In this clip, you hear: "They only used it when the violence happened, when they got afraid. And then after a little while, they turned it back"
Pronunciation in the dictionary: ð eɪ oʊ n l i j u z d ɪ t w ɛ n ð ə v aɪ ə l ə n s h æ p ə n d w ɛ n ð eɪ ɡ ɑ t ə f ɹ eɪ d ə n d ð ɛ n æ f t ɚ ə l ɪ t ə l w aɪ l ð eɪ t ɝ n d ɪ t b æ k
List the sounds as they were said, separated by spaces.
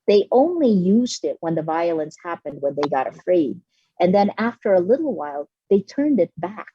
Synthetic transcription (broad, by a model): ð eɪ oʊ n l i j u z d ɪ t w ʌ n ð ə v aɪ ə l ə n s h æ p ə n d w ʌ n ð eɪ ɡ ɑ t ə f ɹ eɪ d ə n ð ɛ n æ f t ɚ ə l ɪ t l w aɪ l ð eɪ t ɝ n d ɪ t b æ k